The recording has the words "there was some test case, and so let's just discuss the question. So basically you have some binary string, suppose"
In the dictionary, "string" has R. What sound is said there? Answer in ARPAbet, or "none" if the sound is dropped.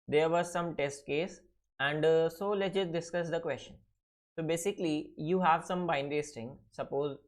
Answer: none